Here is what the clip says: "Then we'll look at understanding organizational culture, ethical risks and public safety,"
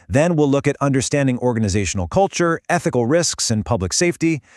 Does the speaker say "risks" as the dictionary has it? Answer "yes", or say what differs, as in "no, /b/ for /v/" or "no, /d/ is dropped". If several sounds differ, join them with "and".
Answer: yes